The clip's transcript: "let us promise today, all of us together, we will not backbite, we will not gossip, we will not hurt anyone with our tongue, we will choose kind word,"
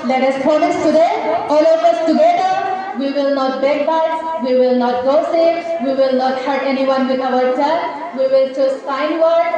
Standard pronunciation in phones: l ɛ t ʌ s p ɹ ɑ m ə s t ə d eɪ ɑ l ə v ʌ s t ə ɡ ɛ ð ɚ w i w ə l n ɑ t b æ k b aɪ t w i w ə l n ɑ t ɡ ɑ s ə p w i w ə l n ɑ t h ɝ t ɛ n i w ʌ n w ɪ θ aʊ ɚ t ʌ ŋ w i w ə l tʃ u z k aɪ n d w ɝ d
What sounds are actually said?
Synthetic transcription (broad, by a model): l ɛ t ʌ s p ɑ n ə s t ə d eɪ ɑ l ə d ʌ s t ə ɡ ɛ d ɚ w i w ə l n ɑ t b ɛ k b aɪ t w i w ə l n ɑ t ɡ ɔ s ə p w i w ə l n ɑ t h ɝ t ɛ n i w ʌ n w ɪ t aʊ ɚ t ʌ w i w ə l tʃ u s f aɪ n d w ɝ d